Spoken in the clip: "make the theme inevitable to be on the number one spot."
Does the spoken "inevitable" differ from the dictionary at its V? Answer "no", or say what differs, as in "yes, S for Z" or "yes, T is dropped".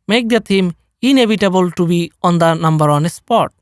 yes, B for V